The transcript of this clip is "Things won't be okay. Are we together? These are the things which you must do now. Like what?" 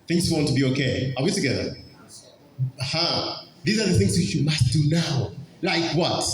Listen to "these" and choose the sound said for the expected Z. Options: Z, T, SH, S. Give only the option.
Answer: Z